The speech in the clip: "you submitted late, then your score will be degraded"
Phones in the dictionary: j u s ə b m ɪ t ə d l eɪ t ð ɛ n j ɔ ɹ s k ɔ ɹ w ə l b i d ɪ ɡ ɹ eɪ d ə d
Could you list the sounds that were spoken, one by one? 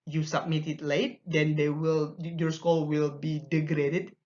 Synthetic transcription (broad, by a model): j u s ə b m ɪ t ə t l eɪ t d ɛ n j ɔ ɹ s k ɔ l w ə l b i d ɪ ɡ ɹ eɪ d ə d